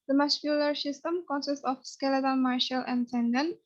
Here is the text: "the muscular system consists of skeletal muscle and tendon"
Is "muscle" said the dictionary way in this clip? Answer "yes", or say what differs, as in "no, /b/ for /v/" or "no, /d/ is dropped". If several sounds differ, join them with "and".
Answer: no, /ʃ/ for /s/